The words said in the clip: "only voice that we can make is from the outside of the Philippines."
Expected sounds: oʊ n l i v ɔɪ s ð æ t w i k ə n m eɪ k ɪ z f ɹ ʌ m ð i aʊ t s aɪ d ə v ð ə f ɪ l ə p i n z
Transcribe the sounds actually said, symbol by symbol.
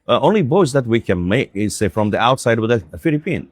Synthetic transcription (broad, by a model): oʊ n l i b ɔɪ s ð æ t w i k ə n m eɪ k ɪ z f ɹ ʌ m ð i aʊ t s aɪ d ə v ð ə f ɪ l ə p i n